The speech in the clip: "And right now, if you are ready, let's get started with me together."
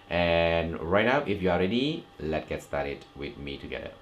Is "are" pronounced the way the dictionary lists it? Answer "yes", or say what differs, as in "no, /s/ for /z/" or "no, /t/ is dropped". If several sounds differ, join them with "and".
no, /l/ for /ɹ/